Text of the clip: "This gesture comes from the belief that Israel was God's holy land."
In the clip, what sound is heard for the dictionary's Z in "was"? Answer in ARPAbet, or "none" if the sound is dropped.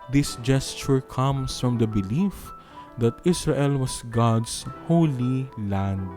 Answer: S